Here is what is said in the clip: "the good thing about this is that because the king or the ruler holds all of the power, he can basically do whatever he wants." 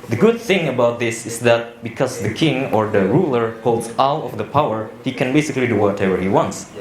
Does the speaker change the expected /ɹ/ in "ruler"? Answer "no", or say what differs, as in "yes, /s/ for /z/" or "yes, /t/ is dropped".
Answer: no